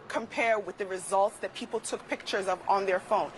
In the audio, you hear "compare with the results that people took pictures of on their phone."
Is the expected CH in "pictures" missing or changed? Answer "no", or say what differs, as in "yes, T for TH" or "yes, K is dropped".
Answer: no